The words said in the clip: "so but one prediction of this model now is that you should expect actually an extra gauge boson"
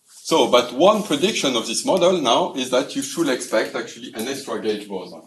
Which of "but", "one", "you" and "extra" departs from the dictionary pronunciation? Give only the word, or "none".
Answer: none